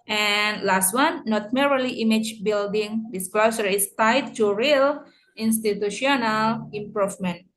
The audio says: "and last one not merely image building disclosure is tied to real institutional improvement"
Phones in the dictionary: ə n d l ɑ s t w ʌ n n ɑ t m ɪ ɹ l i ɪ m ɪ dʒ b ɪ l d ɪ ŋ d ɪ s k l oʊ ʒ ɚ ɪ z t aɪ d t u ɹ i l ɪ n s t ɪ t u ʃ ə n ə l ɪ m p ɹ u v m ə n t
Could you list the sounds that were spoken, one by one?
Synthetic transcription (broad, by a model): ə n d l ɑ s t w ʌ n n ɑ t m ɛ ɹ l i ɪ m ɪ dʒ b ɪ l d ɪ ŋ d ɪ s k l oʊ s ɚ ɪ s t aɪ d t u ɹ i l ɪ n s t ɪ t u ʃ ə n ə l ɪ m p ɹ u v m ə n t